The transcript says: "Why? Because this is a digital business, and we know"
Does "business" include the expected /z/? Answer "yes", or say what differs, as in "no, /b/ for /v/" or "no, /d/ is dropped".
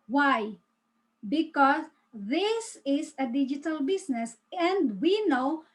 no, /s/ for /z/